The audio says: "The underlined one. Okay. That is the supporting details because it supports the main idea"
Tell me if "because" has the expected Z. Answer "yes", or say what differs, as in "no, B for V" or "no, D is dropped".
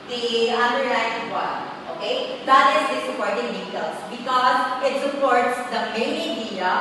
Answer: yes